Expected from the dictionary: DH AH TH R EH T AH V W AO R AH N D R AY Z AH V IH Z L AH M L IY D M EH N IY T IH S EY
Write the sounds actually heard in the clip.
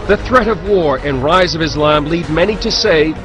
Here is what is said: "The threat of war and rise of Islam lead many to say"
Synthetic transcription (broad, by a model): DH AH TH R EH T AH V W AO R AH N R AY Z AH V IH Z L AH M L IY D M EH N IY T IH S EY